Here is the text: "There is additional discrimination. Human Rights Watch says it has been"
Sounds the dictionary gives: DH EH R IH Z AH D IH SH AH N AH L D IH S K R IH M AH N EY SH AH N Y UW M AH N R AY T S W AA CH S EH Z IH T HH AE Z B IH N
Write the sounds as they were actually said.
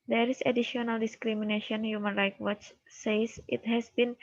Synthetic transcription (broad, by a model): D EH R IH S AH D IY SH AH N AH L D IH S K R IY M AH N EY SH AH N Y UW M AH N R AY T W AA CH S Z IH T HH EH S B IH N